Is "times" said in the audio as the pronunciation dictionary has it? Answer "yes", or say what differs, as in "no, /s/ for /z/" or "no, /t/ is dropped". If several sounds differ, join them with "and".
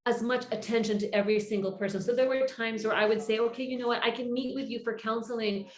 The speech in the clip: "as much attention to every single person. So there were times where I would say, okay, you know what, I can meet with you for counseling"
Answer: yes